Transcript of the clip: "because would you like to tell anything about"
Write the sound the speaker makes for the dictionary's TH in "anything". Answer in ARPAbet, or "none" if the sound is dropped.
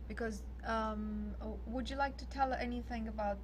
TH